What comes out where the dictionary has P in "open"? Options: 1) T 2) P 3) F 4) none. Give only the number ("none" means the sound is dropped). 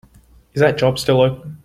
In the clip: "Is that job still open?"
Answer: 4